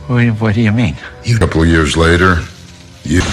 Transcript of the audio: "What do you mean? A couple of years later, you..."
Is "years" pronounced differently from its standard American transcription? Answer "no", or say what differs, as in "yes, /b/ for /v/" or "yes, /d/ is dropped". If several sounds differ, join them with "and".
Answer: no